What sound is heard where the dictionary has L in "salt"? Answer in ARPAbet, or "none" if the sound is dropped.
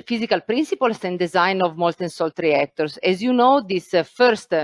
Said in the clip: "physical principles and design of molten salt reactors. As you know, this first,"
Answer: L